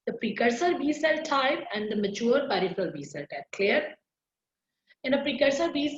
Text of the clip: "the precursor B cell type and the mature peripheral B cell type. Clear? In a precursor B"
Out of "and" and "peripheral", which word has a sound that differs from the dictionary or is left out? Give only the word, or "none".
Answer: peripheral